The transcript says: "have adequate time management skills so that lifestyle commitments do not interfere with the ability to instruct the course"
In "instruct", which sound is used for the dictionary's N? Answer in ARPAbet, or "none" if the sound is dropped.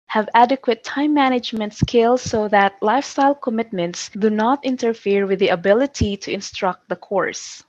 N